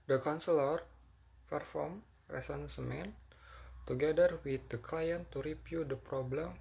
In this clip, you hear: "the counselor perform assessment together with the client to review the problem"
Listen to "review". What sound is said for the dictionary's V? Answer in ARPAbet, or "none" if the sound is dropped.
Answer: P